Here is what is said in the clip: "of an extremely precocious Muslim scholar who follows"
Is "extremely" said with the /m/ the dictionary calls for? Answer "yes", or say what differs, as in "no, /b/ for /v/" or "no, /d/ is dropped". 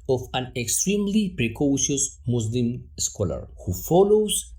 yes